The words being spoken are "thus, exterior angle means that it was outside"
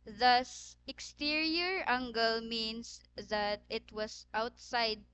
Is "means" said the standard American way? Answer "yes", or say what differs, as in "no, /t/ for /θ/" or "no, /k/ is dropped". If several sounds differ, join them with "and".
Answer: no, /s/ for /z/